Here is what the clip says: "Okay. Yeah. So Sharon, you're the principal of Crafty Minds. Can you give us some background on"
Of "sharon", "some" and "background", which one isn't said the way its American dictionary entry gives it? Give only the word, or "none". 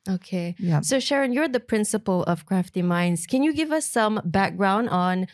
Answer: none